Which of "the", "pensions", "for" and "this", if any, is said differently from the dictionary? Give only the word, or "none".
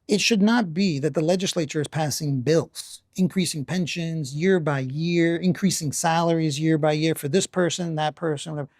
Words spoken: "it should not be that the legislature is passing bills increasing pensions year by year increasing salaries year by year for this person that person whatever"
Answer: none